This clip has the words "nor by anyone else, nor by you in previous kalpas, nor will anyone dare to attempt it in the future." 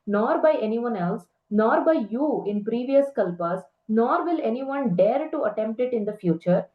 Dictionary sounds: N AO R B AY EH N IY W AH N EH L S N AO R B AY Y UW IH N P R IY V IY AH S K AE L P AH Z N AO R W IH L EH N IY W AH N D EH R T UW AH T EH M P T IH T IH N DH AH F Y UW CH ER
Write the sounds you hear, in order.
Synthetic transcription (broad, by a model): N AO R B AY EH N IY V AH N EH L S N AO R B AY Y UW IH N P R IY V IY AH S K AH L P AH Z N AO R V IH L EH N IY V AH N D EH R T UW AH T EH M P T IH T IH N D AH F Y UW CH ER